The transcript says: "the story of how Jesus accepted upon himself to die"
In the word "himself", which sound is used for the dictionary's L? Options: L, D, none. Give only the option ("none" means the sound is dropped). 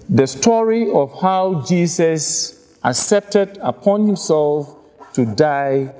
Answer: L